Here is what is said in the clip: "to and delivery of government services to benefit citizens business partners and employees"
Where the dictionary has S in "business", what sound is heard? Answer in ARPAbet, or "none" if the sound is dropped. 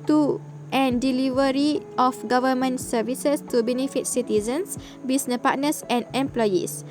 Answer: none